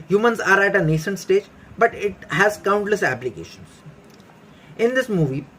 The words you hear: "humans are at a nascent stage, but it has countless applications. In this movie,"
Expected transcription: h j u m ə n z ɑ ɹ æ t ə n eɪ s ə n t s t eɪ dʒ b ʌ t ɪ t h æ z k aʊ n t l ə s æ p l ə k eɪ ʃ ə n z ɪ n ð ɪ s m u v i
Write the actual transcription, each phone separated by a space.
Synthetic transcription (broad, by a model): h j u m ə n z ɑ ɹ æ t ə n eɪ ʃ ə n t s t eɪ dʒ b ʌ t ɪ t h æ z k aʊ n t l ə s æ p l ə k eɪ ʃ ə n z ɪ n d ɪ s m u v i